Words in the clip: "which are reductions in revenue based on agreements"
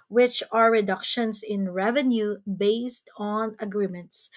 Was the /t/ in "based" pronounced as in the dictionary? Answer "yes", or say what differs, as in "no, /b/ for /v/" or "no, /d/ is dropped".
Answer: yes